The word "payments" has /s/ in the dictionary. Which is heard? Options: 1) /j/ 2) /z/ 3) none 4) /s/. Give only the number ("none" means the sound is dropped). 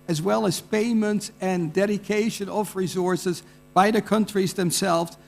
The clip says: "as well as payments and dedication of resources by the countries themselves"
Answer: 4